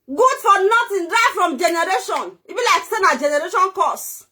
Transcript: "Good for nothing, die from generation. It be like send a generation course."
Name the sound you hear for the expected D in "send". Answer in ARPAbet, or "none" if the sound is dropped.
none